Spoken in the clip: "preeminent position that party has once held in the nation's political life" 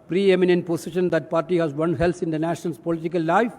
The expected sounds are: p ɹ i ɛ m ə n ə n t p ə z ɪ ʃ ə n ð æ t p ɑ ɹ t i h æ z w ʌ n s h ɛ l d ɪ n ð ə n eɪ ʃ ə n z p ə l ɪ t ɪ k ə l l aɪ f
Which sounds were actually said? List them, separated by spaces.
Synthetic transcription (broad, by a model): p ɹ i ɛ m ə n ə n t p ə s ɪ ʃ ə n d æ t p ɑ ɹ t i h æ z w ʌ n h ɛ l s ɪ n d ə n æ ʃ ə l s p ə l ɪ t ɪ k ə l l aɪ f